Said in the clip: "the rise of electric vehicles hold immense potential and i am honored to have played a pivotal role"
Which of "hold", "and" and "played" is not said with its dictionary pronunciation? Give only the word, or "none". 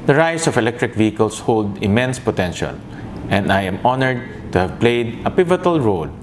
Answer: none